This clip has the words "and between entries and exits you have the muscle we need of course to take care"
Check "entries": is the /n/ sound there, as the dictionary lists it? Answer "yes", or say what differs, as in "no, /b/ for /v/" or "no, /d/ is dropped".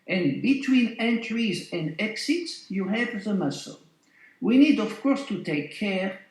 yes